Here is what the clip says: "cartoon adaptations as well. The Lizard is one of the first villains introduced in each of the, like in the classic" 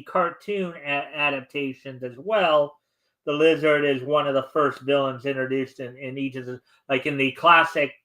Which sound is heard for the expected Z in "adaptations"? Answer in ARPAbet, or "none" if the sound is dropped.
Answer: Z